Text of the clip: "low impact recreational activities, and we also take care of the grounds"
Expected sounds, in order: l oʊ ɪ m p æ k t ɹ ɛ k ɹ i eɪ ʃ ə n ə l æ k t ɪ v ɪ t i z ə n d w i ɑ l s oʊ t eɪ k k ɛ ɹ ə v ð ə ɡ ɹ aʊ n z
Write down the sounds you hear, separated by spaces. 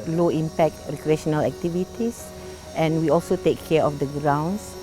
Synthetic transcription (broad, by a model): l oʊ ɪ m p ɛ k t ɹ ɛ k ɹ i eɪ ʃ ə n ə l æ k t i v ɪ t i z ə n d w i ɑ l s oʊ t eɪ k k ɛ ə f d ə ɡ ɹ aʊ n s